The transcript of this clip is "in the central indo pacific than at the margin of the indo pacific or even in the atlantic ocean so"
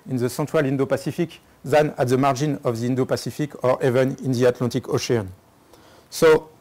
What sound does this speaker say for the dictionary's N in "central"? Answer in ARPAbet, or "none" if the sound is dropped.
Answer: none